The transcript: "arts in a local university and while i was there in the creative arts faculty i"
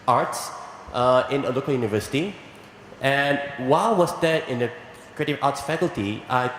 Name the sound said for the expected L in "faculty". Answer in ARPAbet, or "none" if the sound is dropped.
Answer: L